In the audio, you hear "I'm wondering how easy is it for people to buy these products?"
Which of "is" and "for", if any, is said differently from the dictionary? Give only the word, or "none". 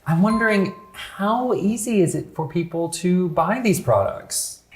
none